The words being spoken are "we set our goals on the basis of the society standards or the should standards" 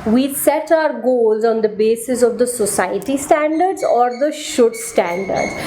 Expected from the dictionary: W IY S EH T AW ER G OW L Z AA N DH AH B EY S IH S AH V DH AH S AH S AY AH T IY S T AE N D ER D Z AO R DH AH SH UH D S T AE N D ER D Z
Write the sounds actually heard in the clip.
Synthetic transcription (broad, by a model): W IY S EH T AW ER G OW L Z AA N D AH B EY S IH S AH V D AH S AH S AY AH T IY S T AE N D ER D Z AO R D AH SH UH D S T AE N D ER D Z